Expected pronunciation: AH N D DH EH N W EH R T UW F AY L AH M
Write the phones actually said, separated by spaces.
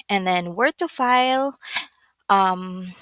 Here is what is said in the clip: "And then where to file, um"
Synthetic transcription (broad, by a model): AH N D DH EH N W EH R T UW F AY L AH M